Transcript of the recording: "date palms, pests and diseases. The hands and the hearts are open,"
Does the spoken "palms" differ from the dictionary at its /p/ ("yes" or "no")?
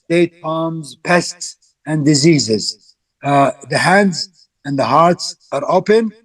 yes